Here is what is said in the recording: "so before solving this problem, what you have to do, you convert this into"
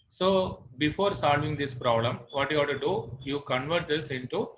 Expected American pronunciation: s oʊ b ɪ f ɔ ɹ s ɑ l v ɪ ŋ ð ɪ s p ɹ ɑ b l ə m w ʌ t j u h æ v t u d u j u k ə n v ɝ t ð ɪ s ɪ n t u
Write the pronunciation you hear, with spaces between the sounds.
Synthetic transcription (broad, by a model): s oʊ b ɪ f ɔ ɹ s ɑ l v ɪ ŋ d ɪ s p ɹ ɑ b l ə m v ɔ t j u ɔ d t u d u j u k ə n v ɝ t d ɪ s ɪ n t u